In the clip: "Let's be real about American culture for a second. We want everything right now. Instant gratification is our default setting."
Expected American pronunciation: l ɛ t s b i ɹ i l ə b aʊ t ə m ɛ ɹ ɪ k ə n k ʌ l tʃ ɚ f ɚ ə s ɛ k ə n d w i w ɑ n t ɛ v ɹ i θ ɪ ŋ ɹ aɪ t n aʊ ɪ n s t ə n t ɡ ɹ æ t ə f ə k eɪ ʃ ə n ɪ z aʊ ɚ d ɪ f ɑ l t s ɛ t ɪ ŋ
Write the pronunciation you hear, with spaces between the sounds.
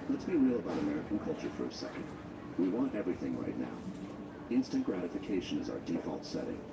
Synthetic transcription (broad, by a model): l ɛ t s b i ɹ i l ə b aʊ t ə m ɛ ɹ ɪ k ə n k ʌ l tʃ ɚ f ɚ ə s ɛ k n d w i w ɑ n t ɛ v ɹ i θ ɪ ŋ ɹ aɪ t n aʊ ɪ n s t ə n ɡ ɹ æ t ə f ə k eɪ ʃ ə n ɪ z aʊ ɚ d ɪ f ɑ l t s ɛ t ɪ ŋ